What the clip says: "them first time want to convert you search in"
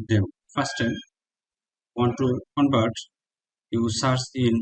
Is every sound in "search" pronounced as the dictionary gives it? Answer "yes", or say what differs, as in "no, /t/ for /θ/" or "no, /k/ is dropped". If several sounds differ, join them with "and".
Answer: no, /s/ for /tʃ/